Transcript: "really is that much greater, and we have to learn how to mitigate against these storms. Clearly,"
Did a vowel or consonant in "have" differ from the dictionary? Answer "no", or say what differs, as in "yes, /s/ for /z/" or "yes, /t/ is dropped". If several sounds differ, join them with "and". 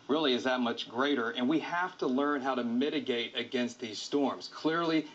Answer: yes, /f/ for /v/